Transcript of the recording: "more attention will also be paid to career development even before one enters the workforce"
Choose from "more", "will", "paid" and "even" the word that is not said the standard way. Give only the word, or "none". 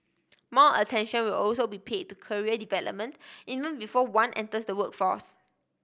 more